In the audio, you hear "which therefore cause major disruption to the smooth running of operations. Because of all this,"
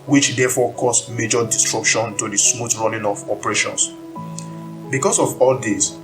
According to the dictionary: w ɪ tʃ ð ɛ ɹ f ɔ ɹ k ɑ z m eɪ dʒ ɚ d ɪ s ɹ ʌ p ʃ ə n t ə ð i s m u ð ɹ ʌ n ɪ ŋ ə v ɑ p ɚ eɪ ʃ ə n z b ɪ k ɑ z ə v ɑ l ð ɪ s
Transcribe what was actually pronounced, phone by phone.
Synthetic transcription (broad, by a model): w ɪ tʃ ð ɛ f ɔ k ɑ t m eɪ dʒ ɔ d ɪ s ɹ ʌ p ʃ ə n t ə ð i s m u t ɹ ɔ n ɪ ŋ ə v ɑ p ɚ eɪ ʃ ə n s b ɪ k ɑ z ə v ɑ l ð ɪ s